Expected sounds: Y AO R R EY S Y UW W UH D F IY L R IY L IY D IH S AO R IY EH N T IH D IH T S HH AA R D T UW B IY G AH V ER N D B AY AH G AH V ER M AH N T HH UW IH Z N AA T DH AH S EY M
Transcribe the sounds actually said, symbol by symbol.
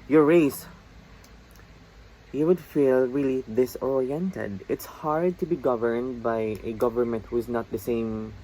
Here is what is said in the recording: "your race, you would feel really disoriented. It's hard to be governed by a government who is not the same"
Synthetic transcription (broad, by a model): Y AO R R EY S Y UW W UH D F IY L R IY L IY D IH S AO R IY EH N T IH D IH T S HH AA R D T UW B IY G AH V ER N D B AY AH G AH V ER M AH N T HH UW IH Z N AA T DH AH S EY M